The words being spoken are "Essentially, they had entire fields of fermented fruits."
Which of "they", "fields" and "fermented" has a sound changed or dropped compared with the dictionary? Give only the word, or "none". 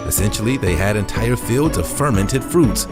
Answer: none